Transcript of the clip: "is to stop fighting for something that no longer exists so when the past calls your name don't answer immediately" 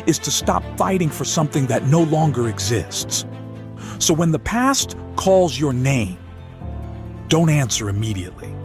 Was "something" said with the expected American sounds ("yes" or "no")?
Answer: yes